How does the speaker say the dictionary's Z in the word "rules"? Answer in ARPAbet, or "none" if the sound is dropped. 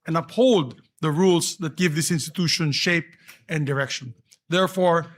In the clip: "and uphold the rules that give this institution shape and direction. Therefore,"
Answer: S